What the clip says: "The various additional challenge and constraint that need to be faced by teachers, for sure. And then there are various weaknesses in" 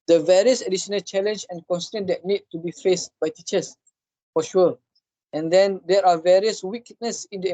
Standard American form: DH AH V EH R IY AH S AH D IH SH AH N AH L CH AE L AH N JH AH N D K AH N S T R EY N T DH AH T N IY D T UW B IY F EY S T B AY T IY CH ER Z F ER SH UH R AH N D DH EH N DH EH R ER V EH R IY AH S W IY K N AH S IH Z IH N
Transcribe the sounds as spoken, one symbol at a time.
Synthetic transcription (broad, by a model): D AH V EH R IY AH S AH D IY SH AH N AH L CH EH L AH N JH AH N K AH N S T EY N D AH T N IY D T UW B IY F EY S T B AY T IY CH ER S F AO SH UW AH AH N D EH N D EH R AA V EH R IY AH S W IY K N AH S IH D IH